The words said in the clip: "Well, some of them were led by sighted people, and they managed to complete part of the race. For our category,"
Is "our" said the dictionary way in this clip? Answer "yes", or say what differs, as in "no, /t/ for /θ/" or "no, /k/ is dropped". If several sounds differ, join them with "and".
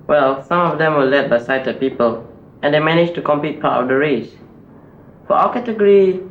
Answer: no, /l/ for /ɹ/